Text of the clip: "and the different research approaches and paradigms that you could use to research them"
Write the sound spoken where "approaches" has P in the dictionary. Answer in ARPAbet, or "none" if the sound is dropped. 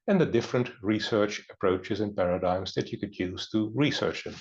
P